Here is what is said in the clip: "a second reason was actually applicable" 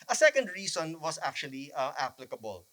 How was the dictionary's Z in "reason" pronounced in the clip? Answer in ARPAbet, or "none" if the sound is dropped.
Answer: S